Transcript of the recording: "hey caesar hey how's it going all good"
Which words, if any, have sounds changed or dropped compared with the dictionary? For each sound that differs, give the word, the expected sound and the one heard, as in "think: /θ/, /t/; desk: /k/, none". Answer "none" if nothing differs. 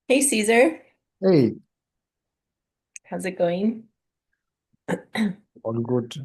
all: /l/, /n/